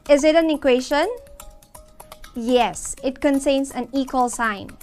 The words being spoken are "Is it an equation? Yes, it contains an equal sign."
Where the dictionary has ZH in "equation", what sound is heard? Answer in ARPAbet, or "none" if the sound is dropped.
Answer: SH